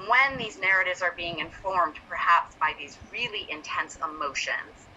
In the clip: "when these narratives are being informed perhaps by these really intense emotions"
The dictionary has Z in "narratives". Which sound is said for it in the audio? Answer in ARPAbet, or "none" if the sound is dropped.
Z